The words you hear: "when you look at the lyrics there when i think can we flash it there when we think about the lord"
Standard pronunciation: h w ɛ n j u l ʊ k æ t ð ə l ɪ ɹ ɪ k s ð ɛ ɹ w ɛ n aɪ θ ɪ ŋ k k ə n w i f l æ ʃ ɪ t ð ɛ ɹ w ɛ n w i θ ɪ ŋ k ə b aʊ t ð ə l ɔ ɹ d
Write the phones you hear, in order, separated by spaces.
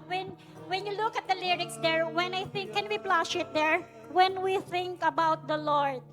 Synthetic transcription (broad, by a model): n w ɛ n j u l ʊ k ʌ t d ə l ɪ ɹ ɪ k s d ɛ ɹ w ɛ n aɪ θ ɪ ŋ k k ə n w i p l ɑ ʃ ɪ t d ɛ ɹ w ɛ n w i θ ɪ ŋ k ə b aʊ t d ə l ɔ ɹ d